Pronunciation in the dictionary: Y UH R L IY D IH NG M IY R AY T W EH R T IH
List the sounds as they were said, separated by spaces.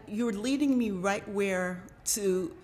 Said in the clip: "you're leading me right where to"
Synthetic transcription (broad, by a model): Y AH R L IY D IH NG M IY R AY T W EH R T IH